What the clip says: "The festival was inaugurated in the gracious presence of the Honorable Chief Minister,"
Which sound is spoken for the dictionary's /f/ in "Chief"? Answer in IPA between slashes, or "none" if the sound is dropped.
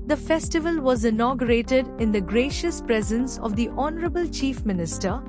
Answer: /f/